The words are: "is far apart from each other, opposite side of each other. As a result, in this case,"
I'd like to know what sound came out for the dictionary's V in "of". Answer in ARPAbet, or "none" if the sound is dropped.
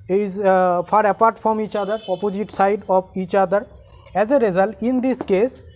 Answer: B